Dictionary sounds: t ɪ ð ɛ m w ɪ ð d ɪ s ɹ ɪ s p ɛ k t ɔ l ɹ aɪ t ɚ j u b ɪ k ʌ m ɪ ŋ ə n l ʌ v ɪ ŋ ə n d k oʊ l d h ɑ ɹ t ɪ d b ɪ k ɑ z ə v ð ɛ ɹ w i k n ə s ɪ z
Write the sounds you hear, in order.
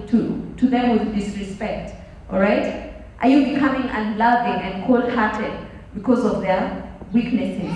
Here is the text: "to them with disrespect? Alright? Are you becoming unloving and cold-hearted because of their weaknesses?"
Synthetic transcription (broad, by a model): t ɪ ð ɛ m w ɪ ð d ɪ s ɹ ɪ s p ɛ k t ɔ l ɹ aɪ t ɚ j u b ɪ k ʌ m ɪ ŋ ə n l ʌ v ɪ ŋ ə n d k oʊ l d h ɑ ɹ t ɪ d b ɪ k ɑ z ə v ð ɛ ɹ w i k n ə s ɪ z